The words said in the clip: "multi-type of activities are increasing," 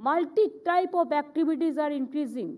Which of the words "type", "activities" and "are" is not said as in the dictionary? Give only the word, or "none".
activities